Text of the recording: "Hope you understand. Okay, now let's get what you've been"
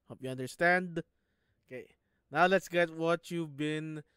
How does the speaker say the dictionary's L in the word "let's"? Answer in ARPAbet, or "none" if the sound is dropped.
L